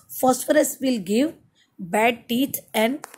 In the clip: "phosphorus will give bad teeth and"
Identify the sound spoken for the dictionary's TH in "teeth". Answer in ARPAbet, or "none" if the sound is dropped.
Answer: T